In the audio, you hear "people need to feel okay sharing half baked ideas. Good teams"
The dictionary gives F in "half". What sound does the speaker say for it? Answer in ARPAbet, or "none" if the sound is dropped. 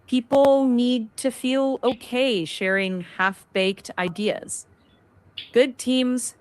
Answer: F